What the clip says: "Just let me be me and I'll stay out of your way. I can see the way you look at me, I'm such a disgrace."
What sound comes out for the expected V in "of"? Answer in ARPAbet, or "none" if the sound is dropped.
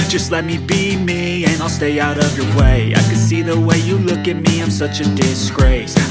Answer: V